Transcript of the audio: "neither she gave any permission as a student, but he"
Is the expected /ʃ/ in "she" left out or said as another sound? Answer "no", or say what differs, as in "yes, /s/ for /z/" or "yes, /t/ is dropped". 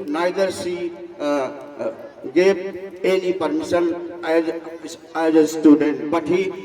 yes, /s/ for /ʃ/